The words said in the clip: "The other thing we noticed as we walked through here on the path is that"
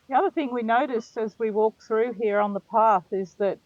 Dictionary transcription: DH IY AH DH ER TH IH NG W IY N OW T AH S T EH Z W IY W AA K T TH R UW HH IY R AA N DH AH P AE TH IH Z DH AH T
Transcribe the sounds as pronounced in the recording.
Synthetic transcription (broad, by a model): DH IY AH DH ER TH IH NG W IY N OW T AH S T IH Z W IY W AA K TH R UW HH IY R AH N DH AH P AE TH IH Z DH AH T